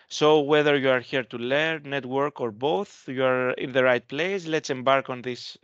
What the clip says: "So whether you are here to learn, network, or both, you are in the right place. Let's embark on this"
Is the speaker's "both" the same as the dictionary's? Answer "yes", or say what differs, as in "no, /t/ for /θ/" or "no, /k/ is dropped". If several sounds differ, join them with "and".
yes